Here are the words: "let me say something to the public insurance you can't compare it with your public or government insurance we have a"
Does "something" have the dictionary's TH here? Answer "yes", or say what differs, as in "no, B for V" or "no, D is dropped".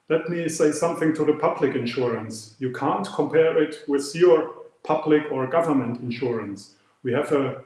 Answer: yes